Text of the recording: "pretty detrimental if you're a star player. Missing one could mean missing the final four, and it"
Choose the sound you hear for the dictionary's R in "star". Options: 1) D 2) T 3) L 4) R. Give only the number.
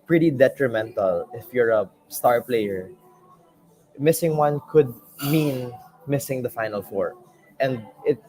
4